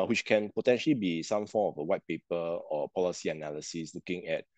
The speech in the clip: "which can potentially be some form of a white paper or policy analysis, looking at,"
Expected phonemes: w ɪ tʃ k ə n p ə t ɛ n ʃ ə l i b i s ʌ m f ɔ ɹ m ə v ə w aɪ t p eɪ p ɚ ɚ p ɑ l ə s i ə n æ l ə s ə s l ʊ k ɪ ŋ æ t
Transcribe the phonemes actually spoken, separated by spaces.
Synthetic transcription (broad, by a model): w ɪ tʃ k ə n p ə t ɛ n ʃ ə l i b i s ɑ m f ɔ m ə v ə w aɪ t p eɪ p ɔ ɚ p ɑ l ə s i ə n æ l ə s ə s l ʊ k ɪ ŋ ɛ t